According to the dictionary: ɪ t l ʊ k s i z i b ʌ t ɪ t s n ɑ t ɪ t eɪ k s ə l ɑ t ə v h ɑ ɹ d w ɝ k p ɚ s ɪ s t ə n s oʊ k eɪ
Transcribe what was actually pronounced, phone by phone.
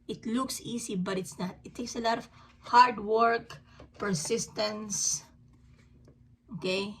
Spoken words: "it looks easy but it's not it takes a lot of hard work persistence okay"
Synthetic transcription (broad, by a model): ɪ t l ʊ k s i s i b ʌ t ɪ t s n ɑ t ɪ t eɪ k s ə l ɑ t ə v h ɑ ɹ d w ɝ k p ɚ s ɪ s t ə n s oʊ k eɪ